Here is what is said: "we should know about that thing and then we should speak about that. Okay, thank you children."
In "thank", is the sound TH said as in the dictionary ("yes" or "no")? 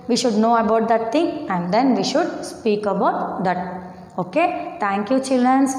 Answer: no